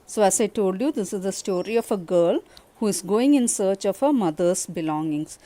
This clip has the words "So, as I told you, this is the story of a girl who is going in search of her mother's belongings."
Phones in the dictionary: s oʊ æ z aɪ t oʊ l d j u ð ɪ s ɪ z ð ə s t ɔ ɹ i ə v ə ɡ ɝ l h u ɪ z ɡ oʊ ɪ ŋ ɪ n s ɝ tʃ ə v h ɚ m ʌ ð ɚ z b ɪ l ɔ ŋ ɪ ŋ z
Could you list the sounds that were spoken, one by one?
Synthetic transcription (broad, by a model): s oʊ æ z aɪ t oʊ l d j u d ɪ s ɪ z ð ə s t ɔ ɹ i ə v ə ɡ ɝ l h u ɪ z ɡ oʊ ɪ ŋ ɪ n s ɝ tʃ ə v h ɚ m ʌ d ɚ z b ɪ l ɔ ŋ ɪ ŋ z